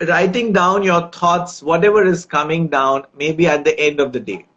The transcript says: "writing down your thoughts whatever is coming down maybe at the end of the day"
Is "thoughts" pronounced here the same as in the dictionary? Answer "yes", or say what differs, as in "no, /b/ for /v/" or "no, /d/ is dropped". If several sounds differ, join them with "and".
no, /t/ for /θ/